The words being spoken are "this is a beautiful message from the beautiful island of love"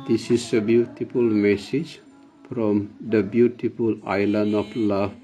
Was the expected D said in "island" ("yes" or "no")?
no